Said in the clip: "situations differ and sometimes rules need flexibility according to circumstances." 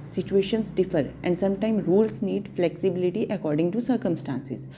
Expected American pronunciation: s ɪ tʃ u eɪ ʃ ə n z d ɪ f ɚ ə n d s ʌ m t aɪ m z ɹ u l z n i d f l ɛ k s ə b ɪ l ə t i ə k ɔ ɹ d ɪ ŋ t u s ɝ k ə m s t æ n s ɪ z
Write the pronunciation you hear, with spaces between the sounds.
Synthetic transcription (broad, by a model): s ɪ tʃ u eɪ ʃ ə n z d ɪ f ɚ ə n d s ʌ m t aɪ m ɹ u l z n i d f l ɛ k s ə b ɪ l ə t i ə k ɔ ɹ d ɪ ŋ t u s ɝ k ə m s t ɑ n s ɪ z